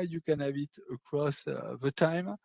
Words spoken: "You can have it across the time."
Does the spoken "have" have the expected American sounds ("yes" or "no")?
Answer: no